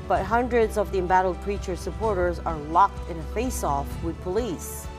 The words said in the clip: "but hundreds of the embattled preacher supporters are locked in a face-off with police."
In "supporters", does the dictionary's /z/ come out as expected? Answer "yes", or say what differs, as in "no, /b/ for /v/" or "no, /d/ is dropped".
yes